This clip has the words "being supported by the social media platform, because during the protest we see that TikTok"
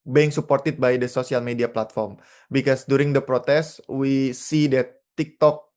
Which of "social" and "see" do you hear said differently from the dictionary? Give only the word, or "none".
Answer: social